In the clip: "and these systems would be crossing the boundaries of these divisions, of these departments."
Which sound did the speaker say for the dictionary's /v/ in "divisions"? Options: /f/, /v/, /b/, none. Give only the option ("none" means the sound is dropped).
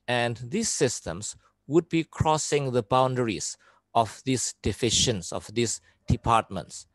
/f/